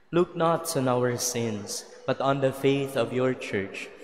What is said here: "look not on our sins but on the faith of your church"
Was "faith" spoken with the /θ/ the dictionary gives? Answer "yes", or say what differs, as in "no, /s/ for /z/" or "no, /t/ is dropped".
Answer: yes